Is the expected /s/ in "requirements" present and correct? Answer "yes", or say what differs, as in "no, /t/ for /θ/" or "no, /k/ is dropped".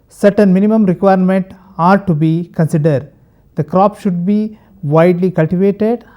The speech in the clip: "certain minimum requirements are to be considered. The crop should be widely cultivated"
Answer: no, /s/ is dropped